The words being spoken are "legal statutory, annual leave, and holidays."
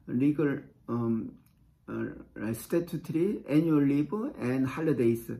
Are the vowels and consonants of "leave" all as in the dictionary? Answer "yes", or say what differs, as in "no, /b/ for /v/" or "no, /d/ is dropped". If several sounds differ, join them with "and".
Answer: no, /b/ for /v/